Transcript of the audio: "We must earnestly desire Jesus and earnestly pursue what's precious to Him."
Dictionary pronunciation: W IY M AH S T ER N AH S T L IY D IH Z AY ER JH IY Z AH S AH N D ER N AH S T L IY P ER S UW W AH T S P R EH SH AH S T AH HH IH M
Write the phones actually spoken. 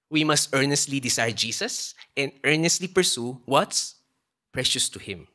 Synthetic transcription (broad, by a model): W IY M AH S T ER N AH S T L IY D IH S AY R JH IY S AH S AH N D ER N AH S T L IY P ER S UW W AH T S P R EH SH AH S T AH HH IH M